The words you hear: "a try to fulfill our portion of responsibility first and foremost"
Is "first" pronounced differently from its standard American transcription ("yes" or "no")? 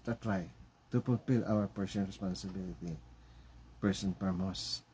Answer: yes